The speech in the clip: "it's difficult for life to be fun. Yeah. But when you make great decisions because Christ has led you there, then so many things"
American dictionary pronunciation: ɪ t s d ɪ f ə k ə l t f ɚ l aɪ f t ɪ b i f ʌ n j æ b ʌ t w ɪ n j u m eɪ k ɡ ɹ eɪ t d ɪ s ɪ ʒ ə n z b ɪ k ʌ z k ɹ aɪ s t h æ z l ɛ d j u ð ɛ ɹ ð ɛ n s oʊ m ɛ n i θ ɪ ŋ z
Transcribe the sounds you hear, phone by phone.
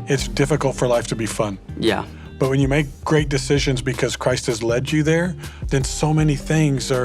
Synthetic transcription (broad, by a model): ɪ t s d ɪ f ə k l t f ɚ l aɪ f t ɪ b i f ʌ n j æ b ʌ t w ɪ n j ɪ m eɪ k ɡ ɹ eɪ t d ɪ s ɪ ʒ ə n z b ɪ k ʌ z k ɹ aɪ s t h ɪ z l ɛ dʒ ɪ ð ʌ ɹ ð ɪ n s oʊ m ɛ n i θ ɪ ŋ z